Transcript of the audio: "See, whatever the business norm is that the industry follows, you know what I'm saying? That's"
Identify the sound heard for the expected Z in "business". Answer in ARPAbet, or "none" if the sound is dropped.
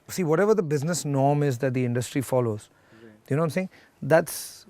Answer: Z